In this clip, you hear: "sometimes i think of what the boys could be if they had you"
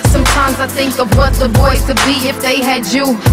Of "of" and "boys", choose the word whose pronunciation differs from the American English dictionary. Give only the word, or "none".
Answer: none